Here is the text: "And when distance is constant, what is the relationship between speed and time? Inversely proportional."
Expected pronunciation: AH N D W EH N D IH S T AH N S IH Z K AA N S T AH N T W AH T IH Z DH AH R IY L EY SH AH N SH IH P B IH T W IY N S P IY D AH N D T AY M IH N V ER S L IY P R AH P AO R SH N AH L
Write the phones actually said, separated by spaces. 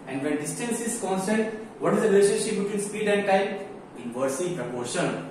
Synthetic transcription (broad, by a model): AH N D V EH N D IH S T AH N S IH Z K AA N S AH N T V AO T IH Z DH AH R IY L EY SH AH N SH IH P B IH T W IY N S P IY D AH N D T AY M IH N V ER S IY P R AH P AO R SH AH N